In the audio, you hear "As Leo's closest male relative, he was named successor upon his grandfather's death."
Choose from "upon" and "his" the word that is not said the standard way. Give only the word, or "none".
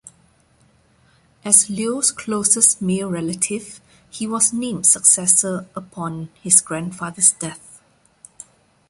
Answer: his